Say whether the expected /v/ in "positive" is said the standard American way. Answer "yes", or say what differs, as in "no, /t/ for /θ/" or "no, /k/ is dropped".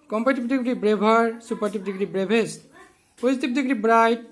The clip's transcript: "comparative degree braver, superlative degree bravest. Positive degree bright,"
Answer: no, /b/ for /v/